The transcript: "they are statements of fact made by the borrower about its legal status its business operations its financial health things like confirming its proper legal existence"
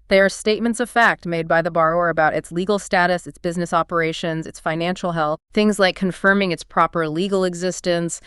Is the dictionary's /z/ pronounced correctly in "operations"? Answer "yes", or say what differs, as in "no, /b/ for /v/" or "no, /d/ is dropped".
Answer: yes